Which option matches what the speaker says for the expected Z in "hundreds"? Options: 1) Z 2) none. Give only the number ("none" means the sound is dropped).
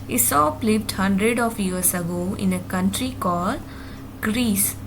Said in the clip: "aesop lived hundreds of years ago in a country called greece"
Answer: 2